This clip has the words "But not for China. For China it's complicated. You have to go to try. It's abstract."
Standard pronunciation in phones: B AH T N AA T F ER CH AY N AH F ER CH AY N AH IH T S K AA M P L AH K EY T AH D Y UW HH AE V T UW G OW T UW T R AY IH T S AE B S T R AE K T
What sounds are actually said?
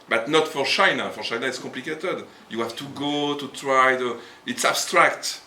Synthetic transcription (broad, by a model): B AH T N AA T F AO CH AY N AH F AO CH AY N AH IH T S K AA P L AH K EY T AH D Y UW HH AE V T UW G OW T UW T R AY IH T S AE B S T R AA K T